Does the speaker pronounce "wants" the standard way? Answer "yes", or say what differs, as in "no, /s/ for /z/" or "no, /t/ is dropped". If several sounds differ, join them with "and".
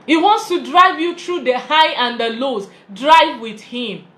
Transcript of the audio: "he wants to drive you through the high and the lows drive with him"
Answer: yes